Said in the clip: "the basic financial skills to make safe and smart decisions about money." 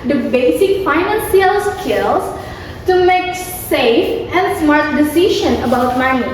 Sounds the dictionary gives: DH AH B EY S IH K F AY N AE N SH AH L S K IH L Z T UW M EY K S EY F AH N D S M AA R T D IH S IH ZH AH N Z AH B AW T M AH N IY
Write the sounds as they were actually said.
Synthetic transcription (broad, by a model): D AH B EY S IH K F AY N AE N S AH L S K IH L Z T UW M EY K S EY F AH N D S M AA R T D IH S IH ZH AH N AH B AW T M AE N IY